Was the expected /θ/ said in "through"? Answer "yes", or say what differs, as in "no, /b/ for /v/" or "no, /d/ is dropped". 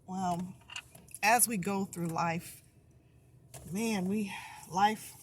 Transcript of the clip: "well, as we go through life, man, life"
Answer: yes